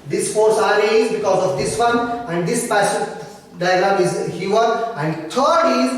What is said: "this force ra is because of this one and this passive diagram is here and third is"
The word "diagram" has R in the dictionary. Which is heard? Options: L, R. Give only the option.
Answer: L